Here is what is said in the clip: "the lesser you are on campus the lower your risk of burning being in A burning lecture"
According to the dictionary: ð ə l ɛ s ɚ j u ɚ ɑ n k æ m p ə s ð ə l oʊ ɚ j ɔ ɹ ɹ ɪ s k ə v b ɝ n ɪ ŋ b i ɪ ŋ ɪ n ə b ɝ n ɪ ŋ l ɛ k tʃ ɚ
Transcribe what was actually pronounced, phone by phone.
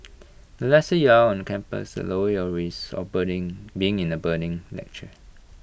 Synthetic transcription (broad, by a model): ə l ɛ s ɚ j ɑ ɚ ɑ n k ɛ m p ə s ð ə l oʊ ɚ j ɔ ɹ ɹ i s ə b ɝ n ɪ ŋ b i ɪ ŋ ɪ n ə b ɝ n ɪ ŋ l ɛ k tʃ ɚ